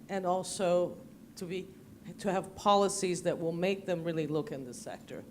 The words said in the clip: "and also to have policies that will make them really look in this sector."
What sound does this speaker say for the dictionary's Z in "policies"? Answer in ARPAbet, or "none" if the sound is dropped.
Z